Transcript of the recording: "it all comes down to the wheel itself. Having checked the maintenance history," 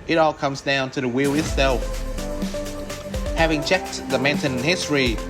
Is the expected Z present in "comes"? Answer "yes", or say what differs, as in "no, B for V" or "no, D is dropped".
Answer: yes